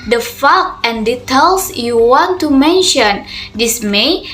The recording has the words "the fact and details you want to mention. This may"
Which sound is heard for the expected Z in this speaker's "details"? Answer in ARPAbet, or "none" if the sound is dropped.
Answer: S